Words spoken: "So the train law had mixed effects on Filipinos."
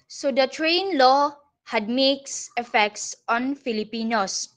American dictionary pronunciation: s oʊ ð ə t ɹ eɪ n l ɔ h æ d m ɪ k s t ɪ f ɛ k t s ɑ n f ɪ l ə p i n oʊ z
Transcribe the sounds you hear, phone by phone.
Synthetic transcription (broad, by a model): s oʊ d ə t ɹ eɪ n l ɔ h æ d m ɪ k s ɪ f ɛ k t s ɑ n f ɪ l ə p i n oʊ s